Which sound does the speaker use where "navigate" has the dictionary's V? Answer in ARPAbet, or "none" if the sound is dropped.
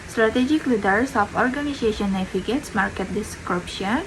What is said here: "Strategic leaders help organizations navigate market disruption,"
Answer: F